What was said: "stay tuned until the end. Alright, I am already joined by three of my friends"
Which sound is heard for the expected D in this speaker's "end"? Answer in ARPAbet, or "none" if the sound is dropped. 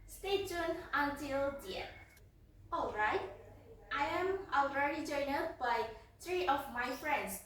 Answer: none